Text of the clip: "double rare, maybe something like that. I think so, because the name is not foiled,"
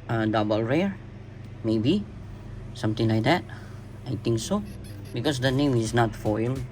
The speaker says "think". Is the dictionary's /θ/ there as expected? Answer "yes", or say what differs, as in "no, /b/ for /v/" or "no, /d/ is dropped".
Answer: no, /t/ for /θ/